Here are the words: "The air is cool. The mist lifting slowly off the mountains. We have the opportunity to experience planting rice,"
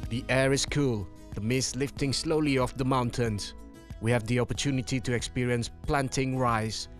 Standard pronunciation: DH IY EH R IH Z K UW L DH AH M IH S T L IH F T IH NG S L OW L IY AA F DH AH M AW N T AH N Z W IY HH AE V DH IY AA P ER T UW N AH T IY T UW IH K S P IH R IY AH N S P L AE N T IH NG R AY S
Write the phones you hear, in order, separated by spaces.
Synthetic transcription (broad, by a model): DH IY EH R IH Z K UW L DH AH M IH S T L IH F T IH NG S L OW L IY AA F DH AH M AW N T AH N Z W IY HH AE V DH IY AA P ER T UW N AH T IY T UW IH K S P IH R IY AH N S P L AE N T IH NG R AY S